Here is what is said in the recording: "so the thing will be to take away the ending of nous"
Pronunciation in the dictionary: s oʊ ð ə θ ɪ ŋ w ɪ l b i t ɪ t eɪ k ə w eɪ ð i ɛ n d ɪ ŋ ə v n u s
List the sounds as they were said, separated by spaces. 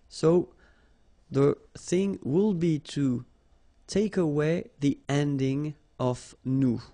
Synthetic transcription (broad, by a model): s oʊ ð ə θ ɪ ŋ w ɪ l b i t ɪ t eɪ k ə w eɪ ð i ɛ n d ɪ ŋ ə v n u